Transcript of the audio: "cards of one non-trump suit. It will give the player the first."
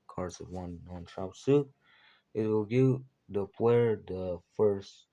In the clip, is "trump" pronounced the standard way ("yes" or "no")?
no